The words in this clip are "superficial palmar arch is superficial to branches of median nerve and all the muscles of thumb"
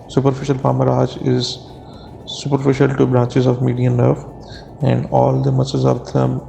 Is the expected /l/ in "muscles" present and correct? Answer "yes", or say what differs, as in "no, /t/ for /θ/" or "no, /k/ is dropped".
no, /l/ is dropped